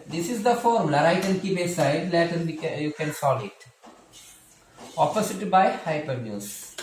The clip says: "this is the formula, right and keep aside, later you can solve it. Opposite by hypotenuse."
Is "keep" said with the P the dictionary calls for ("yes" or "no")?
no